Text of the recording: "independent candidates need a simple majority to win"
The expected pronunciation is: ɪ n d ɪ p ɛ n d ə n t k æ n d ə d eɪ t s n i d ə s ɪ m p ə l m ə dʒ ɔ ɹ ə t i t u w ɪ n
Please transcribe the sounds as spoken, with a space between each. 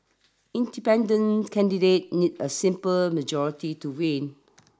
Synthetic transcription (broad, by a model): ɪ n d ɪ p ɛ n d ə n k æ n d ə d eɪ t n i d ə s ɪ m p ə l m ə dʒ ɔ ɹ ə t i t u w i n